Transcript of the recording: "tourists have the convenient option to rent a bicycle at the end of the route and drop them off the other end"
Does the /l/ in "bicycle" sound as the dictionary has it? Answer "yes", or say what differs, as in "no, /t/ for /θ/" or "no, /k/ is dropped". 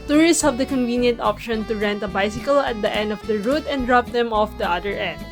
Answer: yes